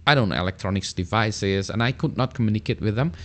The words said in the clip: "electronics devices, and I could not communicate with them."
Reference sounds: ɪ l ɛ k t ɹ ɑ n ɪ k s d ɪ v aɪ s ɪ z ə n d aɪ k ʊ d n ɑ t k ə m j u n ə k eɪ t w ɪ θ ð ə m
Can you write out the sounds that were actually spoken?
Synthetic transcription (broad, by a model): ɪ l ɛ k t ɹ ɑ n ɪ k s d ɪ v aɪ s ɪ z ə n aɪ k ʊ d n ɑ t k ə m j u n ə k eɪ t w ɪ ð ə m